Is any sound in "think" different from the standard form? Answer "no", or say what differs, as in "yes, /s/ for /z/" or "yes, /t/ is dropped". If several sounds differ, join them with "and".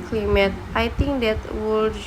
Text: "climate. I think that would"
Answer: yes, /t/ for /θ/